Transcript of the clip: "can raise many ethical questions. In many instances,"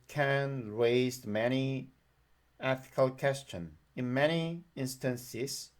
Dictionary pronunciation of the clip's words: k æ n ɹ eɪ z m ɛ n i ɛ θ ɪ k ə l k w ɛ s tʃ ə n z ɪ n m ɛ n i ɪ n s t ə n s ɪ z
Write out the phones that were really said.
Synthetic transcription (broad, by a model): k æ n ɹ eɪ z m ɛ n i ɛ θ ɪ k ə l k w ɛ s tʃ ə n ɪ n m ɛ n i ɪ n s t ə n s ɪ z